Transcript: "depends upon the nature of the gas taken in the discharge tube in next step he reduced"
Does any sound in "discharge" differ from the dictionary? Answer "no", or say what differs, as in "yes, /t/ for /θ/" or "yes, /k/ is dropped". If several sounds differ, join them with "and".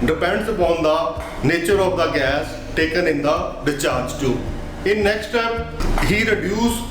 yes, /s/ is dropped